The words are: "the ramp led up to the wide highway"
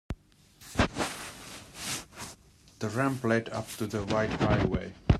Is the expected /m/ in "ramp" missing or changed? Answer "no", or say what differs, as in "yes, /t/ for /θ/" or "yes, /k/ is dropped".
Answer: no